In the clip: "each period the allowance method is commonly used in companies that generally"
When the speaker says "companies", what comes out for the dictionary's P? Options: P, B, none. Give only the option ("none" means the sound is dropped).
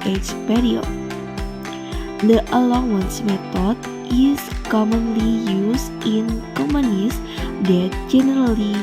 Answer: none